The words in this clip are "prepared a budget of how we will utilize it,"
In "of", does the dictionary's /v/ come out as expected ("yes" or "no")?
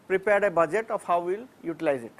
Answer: no